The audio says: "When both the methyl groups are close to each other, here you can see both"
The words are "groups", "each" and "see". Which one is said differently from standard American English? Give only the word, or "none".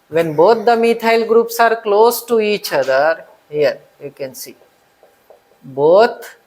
none